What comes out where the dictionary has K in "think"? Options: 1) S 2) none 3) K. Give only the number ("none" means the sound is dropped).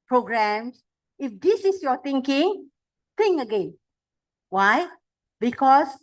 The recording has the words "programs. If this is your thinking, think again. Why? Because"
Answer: 2